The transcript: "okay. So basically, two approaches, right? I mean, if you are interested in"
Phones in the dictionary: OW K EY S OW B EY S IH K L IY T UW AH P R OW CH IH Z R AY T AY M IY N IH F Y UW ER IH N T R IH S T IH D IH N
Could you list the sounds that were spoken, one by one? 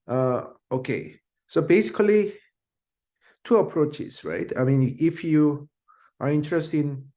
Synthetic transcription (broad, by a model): OW K EY S OW B EY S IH K L IY T UW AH P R OW CH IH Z R AY T AY M IY N IH F Y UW ER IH N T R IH S T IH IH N